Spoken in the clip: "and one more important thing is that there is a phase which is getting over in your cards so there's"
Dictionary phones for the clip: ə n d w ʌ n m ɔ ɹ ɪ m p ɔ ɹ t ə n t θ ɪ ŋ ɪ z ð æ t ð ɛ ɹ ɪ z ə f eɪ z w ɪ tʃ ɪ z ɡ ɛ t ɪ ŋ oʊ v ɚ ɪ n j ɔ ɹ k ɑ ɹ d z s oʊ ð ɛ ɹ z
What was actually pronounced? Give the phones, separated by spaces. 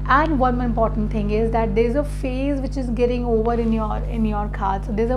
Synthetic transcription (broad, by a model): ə n d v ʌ n ɪ m p ɔ ɹ t ə n t t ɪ ŋ ɪ z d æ t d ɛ ɹ ɪ z ə f eɪ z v ɪ tʃ ɪ z ɡ ɛ t ɪ ŋ oʊ v ɚ ɪ n j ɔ ɹ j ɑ ɹ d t s oʊ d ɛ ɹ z